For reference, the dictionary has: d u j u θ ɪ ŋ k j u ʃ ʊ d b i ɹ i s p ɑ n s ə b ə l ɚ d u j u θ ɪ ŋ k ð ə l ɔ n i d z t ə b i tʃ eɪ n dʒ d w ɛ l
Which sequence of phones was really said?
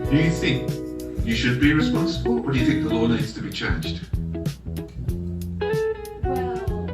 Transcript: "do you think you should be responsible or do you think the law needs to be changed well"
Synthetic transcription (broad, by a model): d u j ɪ θ ɪ ŋ k j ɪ ʃ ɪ d b i ɹ i s p ɑ n s ə b ə l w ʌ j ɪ θ ɪ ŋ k ð ə l ɔ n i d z t ə b i tʃ eɪ n dʒ d